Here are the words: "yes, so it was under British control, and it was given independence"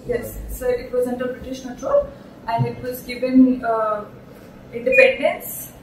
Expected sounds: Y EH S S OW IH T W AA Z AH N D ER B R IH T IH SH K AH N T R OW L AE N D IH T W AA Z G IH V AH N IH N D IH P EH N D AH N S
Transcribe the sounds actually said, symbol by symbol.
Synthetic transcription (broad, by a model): Y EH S S OW IH T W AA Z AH N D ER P R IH T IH SH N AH L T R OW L AE N D IH T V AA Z G IH V AH N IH N D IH P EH N D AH N S